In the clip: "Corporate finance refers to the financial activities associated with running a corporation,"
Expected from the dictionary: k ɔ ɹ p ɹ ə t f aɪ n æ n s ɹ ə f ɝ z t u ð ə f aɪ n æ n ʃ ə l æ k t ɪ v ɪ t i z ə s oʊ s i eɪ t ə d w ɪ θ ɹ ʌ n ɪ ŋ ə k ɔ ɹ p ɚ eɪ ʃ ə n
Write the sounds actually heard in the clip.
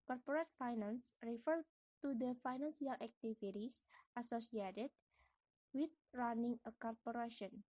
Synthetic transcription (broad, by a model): k ɔ ɹ p ɹ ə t f aɪ n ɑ n s ɹ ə f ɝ t u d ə f aɪ n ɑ n s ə l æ k t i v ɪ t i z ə s oʊ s i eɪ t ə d w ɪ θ ɹ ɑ n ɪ ŋ ə k ɔ ɹ p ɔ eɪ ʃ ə n